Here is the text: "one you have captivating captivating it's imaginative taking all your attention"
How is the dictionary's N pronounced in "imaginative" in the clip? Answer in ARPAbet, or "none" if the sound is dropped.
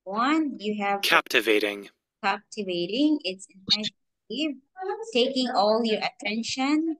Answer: none